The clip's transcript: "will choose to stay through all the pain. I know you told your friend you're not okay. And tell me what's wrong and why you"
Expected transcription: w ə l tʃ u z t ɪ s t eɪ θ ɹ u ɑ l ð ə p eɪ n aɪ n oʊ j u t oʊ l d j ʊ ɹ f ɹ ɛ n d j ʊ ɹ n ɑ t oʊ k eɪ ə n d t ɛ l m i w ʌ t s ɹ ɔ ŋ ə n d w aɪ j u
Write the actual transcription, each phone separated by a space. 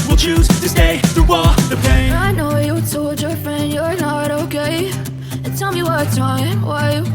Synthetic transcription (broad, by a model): w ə l tʃ u z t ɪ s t eɪ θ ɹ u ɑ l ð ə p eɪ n aɪ n oʊ j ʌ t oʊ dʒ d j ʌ ɹ f ɹ ɛ n d j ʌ ɹ n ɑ t oʊ k eɪ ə n t ɛ l m i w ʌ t ɹ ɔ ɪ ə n w aɪ